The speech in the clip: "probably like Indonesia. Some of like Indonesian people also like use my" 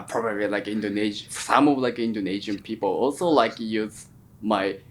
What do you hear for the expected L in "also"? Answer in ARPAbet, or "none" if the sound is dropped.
L